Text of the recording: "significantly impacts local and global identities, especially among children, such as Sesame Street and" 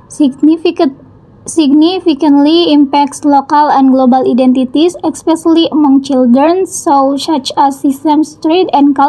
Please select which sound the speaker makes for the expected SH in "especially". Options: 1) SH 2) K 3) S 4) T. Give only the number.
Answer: 3